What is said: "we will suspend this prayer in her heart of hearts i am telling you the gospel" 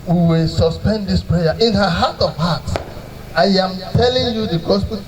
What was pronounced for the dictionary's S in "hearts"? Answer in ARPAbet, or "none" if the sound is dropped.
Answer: none